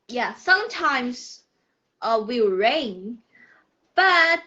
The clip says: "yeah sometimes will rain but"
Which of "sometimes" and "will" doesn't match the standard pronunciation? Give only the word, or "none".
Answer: will